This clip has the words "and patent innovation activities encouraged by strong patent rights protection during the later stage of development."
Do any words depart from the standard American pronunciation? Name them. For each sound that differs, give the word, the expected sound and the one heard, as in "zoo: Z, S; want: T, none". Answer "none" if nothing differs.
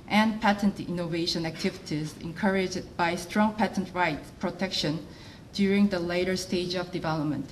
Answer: none